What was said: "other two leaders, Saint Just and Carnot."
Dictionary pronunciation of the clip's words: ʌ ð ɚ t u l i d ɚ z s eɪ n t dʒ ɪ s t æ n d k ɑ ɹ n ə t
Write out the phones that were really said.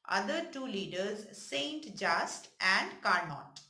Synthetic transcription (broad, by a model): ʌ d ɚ t u l i d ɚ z s eɪ n t dʒ ɪ s t æ n d k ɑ ɹ n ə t